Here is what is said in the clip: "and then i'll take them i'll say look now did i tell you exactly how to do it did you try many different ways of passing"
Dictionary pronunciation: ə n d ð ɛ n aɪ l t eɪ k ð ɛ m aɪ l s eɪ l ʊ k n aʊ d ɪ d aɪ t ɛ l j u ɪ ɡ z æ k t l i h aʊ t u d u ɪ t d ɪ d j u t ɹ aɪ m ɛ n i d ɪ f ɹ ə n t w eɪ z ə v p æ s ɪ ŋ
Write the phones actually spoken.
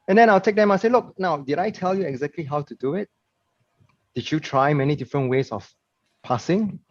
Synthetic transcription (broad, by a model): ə n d ɛ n aɪ l t eɪ k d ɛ m aɪ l s eɪ l ʊ k n aʊ d ɪ d aɪ t ɛ l j u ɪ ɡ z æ k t l i h aʊ t u d u ɪ t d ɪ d j u t ɹ aɪ m ɛ n i d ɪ f ɹ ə n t w eɪ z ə f p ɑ s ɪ ŋ